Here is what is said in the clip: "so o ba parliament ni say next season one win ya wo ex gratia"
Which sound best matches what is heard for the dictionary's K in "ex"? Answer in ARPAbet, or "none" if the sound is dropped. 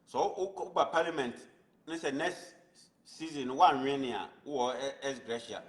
none